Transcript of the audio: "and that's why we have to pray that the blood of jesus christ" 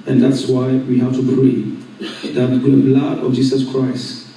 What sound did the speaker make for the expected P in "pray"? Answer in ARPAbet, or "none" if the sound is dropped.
B